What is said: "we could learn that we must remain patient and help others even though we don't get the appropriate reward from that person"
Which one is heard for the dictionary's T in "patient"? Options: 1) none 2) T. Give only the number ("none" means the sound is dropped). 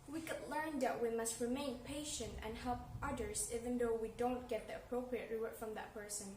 2